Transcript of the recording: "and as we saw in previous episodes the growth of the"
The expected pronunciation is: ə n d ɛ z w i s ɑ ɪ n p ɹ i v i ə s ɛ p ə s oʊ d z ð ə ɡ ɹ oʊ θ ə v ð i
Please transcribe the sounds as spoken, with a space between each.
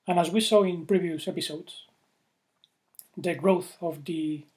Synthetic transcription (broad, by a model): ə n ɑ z w i s ɑ ɪ n p ɹ i v i ə s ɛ p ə s oʊ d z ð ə ɡ ɹ oʊ θ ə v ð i